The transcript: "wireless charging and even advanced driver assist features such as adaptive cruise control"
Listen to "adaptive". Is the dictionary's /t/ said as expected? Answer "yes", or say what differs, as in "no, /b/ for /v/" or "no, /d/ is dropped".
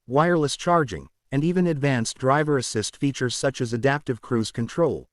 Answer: yes